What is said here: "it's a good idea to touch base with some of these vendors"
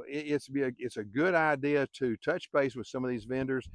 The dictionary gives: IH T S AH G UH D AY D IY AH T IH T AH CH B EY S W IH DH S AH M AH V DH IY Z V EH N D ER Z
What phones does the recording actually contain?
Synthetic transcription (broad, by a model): IH T S AH G UH D AY D IY AH T IH T AH CH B EY S W IH DH S AH M AH V DH IY Z V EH N D ER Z